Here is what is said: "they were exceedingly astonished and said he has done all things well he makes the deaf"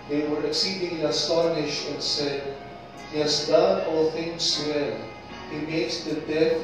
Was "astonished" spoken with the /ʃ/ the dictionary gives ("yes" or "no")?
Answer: yes